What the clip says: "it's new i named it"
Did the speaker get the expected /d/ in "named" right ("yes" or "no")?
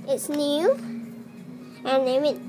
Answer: no